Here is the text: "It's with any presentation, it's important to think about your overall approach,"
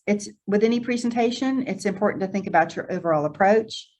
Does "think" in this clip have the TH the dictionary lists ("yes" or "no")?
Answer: yes